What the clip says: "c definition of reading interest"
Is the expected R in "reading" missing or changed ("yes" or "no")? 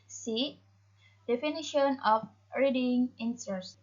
no